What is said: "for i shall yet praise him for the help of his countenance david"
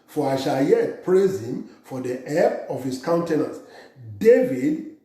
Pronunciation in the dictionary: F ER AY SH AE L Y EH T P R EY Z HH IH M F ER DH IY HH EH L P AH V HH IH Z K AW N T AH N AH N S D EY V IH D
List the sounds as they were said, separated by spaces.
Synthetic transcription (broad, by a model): F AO AY SH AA L Y EH T P R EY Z HH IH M F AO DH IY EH P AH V HH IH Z K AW N T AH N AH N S D EY V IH D